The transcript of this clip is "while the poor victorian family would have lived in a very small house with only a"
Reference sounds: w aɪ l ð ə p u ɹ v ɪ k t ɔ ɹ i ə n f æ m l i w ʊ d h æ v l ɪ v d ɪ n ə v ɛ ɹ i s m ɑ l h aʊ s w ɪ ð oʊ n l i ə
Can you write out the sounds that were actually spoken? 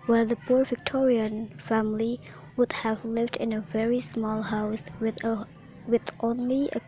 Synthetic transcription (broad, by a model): w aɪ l ð ə p u ɹ v ɪ k t ɔ ɹ i ə n f æ m l i w ʊ d h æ v l ɪ v d ɪ n ə v ɛ ɹ i s m ɑ l h aʊ s w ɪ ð oʊ n l i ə